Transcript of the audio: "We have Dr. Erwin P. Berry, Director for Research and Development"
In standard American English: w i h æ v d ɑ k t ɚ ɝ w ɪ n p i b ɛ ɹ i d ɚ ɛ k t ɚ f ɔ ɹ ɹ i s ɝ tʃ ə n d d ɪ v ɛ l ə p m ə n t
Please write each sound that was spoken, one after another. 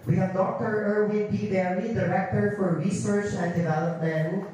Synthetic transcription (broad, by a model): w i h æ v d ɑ k t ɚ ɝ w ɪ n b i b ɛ l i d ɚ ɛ k t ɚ f ɔ ɹ ɹ i s ɝ tʃ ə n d d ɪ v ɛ l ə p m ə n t